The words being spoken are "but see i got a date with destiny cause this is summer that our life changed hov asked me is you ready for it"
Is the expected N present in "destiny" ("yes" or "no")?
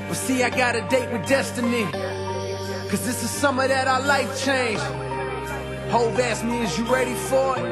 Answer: yes